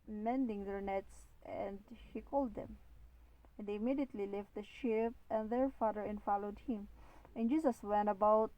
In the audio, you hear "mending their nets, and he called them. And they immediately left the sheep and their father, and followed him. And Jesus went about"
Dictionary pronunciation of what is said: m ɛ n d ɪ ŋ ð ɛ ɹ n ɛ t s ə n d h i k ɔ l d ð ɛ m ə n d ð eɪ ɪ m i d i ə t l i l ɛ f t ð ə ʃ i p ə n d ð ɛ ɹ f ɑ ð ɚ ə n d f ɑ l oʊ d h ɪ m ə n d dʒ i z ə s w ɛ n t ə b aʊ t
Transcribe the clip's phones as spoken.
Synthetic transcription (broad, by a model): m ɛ n d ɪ ŋ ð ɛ ɹ n ɛ t s ə n d h i k ɔ l d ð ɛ m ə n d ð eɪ ɪ m i d i ə t l i l ɛ f t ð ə ʃ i p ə n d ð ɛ ɹ f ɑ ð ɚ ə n f ɑ l oʊ d h ɪ m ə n dʒ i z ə s w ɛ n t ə b aʊ t